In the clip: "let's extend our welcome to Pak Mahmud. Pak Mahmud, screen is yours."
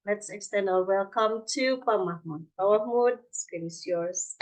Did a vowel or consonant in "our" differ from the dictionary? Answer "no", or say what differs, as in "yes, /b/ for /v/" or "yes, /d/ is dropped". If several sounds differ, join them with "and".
yes, /l/ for /ɹ/